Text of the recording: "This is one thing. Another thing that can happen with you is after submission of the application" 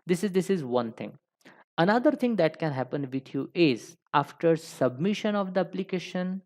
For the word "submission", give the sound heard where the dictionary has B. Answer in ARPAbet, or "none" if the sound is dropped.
B